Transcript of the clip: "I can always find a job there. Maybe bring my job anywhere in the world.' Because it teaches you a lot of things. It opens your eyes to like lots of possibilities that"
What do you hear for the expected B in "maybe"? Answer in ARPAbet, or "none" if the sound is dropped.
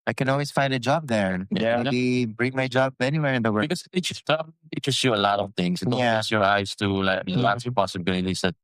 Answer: none